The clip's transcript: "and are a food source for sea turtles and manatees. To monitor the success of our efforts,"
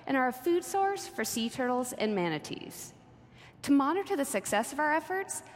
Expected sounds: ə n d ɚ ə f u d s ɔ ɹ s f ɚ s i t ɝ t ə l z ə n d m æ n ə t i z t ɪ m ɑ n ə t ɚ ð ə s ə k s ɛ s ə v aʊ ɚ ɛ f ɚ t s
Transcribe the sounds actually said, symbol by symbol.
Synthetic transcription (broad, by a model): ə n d ɚ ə f u d s ɔ ɹ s f ɚ s i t ɝ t l z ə n m æ n ə t i z t ɪ m ɑ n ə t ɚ ð ə s ə k s ɛ s ə v aʊ ɚ ɛ f ɚ t s